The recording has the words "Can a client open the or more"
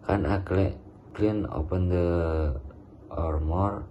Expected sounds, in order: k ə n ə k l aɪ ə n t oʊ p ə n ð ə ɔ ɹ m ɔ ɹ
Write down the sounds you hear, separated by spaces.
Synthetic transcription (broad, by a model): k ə n ə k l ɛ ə n oʊ p ə n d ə ɔ ɹ m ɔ ɹ